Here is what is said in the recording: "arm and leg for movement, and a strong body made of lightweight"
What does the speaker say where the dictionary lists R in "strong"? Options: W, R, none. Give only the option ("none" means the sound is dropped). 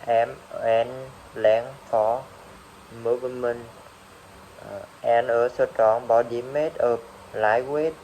none